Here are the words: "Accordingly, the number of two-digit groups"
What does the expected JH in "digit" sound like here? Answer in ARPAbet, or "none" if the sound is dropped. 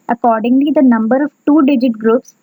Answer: JH